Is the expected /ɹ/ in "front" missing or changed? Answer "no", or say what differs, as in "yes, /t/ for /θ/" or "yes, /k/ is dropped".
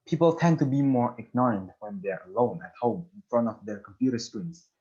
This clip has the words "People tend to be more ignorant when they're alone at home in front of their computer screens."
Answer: no